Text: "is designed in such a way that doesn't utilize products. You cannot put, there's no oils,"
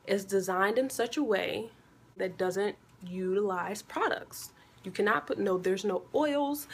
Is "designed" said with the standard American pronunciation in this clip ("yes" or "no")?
yes